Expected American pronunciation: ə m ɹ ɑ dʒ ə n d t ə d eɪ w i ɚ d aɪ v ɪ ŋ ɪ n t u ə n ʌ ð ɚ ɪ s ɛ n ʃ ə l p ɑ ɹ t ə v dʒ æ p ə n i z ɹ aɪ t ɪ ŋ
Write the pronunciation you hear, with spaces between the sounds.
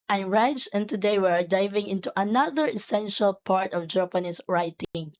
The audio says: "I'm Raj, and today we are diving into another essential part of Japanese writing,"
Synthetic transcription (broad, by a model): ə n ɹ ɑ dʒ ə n t ə d eɪ w ɚ d aɪ v ɪ ŋ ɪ n t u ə n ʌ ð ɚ ɪ s ɛ n ʃ ə l p ɑ ɹ t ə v dʒ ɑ p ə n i s ɹ aɪ t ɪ ŋ